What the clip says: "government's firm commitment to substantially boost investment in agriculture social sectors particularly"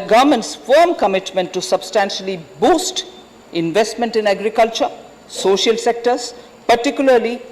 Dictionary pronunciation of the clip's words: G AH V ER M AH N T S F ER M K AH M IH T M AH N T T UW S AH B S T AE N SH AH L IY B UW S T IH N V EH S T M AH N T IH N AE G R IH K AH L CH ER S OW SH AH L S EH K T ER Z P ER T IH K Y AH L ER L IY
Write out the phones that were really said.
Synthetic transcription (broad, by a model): G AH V M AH N T S F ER M K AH M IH T M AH N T T UW S AH B S T AE N SH AH L IY B UW S T IH N V EH S T M AH N T IH N AE G R IH K AH L CH ER S OW SH AH L S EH K T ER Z P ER T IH K Y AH L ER L IY